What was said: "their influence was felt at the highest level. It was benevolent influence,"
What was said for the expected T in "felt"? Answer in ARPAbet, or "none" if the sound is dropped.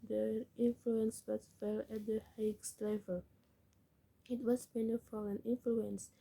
none